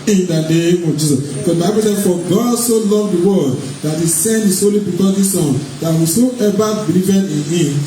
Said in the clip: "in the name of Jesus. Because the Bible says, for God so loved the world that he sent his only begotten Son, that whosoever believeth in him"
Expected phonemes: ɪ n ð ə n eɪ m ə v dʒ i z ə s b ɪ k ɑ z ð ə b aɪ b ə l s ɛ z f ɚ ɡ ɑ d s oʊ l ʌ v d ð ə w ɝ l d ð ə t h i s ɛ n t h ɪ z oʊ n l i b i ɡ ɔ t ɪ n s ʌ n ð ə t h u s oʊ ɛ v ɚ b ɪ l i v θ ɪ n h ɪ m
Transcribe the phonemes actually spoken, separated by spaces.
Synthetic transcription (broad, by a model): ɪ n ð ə n eɪ m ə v dʒ i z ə s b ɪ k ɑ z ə b aɪ b ə l s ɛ f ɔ ɡ ɑ d s oʊ l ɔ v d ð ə w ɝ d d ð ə t h i s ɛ n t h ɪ s oʊ l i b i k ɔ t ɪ s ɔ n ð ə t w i s oʊ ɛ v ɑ b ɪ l i v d ɪ n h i m